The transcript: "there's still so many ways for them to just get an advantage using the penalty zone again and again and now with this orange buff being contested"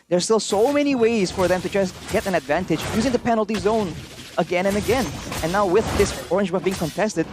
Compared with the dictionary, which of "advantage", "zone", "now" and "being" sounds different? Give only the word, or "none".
none